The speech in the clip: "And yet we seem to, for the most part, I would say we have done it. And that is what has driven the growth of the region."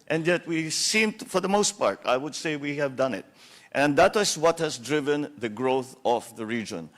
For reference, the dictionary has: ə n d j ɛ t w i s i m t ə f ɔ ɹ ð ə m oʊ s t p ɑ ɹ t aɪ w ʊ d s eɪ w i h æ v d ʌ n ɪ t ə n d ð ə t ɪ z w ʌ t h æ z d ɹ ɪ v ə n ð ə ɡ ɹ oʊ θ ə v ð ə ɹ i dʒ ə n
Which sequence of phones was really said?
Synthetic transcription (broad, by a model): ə n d j ɛ t w i s i m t f ɔ ɹ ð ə m oʊ s t p ɑ ɹ t aɪ w ʊ d s eɪ w i h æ v d ʌ n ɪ t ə n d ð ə t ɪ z w ʌ t h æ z d ɹ ɪ v ə n ð ə ɡ ɹ oʊ θ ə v ð ə ɹ i dʒ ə n